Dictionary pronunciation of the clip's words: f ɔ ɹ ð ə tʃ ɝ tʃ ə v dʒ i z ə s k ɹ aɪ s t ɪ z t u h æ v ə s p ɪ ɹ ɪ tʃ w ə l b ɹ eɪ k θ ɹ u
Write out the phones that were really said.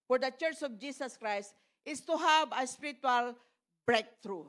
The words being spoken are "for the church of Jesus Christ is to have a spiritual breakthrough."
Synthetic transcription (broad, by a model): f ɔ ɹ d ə tʃ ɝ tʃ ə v dʒ i s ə s k ɹ aɪ s t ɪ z t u h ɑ b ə s p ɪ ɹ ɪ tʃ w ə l b ɹ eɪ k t ɹ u